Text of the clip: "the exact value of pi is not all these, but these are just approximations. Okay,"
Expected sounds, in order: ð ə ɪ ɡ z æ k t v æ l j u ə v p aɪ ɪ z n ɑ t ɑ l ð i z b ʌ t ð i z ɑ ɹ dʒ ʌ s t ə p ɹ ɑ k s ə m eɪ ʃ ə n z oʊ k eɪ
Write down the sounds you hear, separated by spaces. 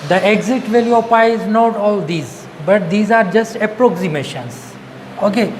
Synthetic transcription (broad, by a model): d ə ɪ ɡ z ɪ t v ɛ l j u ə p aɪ ɪ z n ɑ t ɑ l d i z b ʌ t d i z ɑ ɹ dʒ ʌ s t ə p ɹ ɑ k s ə m eɪ ʃ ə n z oʊ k eɪ